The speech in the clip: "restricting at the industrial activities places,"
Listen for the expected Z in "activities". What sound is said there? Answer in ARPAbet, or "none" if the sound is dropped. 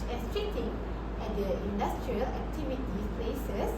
none